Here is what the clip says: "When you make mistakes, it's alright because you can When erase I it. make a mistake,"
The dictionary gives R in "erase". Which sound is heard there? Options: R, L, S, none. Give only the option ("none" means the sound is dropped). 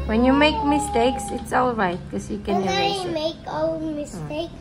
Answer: none